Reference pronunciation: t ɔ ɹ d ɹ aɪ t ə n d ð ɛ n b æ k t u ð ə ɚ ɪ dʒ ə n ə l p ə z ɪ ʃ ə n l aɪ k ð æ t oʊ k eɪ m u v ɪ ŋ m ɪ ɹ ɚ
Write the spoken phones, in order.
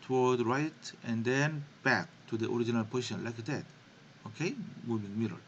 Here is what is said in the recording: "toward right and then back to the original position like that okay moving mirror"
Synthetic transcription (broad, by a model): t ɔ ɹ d ɹ aɪ t ə n d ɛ n b æ k t u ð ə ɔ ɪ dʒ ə n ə l p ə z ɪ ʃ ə n l aɪ k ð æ t oʊ k eɪ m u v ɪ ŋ m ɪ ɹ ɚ